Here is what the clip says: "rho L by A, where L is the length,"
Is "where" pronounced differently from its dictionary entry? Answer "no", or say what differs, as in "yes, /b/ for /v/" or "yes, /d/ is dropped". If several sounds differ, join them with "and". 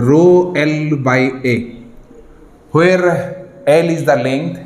no